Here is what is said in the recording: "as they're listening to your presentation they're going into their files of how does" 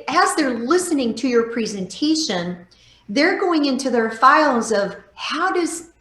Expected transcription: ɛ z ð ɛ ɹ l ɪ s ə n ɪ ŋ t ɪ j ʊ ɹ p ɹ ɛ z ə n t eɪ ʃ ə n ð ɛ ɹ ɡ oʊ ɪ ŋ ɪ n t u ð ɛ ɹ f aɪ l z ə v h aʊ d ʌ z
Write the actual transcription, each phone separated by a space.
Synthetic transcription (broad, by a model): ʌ z ð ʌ ɹ l ɪ s ə n ɪ ŋ t ɪ j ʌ ɹ p ɹ ɛ z ə n t eɪ ʃ ə n ð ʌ ɹ ɡ oʊ ɪ ŋ ɪ n t u ð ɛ ɹ f aɪ l z ə v h aʊ d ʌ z